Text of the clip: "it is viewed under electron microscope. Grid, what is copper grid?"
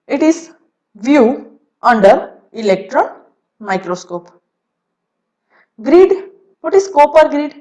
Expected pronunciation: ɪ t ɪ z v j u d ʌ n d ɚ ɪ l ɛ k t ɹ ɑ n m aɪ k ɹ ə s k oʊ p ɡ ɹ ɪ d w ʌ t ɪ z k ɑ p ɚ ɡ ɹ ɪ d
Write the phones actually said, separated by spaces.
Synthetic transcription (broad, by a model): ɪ t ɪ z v j u ʌ n d ɚ ɪ l ɛ k t ɹ ɑ n m aɪ k ɹ ə s k oʊ p ɡ ɹ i d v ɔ t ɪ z k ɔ p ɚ ɡ ɹ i d